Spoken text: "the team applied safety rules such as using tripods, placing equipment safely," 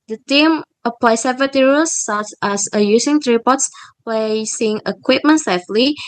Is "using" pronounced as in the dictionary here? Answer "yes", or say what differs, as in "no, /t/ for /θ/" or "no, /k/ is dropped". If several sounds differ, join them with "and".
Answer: no, /s/ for /z/